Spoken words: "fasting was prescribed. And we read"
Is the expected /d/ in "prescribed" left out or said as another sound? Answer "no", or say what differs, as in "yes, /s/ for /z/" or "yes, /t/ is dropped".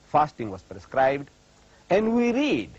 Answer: no